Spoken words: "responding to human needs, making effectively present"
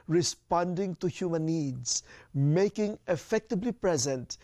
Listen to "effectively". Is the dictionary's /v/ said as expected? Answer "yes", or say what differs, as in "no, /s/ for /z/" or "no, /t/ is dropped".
no, /b/ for /v/